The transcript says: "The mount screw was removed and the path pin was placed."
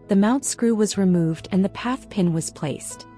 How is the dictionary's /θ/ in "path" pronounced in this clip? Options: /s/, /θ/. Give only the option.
/θ/